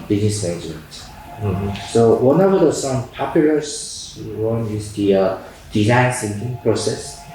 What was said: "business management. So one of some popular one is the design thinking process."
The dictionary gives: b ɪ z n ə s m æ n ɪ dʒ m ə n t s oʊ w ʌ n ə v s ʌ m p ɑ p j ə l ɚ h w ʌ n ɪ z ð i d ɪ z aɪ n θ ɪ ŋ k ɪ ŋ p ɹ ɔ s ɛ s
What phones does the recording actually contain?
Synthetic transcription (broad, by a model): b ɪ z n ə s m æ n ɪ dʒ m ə n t s oʊ w ʌ n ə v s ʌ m p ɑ p j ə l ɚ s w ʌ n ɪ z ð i d ɪ z aɪ n s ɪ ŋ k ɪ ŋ p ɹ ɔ s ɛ s